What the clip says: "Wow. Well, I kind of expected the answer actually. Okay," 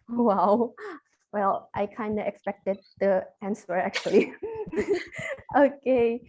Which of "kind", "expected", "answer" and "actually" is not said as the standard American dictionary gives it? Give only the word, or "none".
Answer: none